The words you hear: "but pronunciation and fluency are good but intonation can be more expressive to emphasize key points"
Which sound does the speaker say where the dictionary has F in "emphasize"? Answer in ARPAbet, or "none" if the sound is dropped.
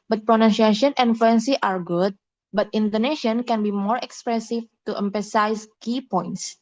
P